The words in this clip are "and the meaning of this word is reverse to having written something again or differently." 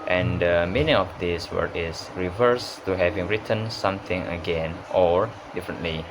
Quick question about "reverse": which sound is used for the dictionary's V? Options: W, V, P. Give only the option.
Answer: V